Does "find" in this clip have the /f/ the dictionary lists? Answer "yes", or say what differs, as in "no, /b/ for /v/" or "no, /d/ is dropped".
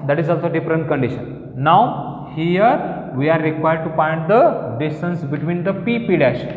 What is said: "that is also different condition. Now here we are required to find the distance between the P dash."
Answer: no, /p/ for /f/